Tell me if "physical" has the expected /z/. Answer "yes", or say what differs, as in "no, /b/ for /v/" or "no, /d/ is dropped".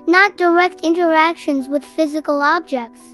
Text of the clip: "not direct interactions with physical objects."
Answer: yes